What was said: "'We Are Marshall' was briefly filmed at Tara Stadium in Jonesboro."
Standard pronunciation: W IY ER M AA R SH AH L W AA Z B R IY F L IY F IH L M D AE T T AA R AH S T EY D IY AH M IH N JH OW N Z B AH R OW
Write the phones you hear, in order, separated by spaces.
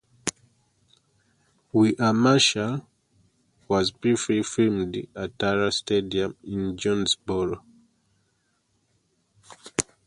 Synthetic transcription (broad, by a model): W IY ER M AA SH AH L W AA Z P R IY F IY F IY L M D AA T T AA R AH S T EY D IY AH M IH N JH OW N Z B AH R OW